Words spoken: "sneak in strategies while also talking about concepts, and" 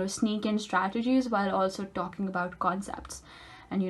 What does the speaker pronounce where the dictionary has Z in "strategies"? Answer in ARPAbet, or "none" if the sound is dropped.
Z